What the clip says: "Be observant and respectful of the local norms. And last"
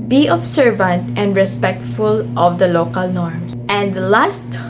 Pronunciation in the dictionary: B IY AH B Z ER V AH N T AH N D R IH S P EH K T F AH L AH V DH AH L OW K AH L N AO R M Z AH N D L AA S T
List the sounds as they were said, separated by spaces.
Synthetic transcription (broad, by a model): B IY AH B S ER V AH N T AH N D R IH S P EH K T F AH L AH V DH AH L OW K AH L N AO R M S AH N D L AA S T